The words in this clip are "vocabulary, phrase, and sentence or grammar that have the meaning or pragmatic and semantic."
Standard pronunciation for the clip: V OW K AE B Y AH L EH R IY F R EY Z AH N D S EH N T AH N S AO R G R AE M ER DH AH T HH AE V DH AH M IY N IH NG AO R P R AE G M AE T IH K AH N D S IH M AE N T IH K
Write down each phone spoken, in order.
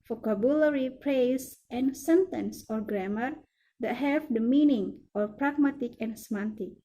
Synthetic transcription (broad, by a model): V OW K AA B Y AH L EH R IY P R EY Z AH N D S EH N T AH N S AO R G R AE M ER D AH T HH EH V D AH M IY N IH NG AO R P R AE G M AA T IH K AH N S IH M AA N T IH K